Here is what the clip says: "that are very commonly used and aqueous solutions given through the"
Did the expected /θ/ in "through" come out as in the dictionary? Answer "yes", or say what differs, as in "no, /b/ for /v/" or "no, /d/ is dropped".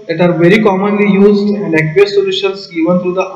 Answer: no, /t/ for /θ/